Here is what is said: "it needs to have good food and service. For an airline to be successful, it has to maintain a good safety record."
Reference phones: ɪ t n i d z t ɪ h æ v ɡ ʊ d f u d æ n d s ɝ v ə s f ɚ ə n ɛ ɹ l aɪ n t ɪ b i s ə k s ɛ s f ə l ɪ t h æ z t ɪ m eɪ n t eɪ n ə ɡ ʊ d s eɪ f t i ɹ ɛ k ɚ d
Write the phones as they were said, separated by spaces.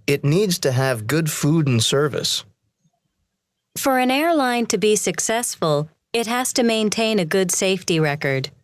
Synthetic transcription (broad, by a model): ɪ t n i d z t ɪ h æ v ɡ ʊ d f u d n s ɝ v ə s f ɚ ə n ɛ ɹ l aɪ n t ɪ b i s ə k s ɛ s f ə l ɪ t h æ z t ɪ m eɪ n t eɪ n ə ɡ ʊ d s eɪ f t i ɹ ɛ k ɚ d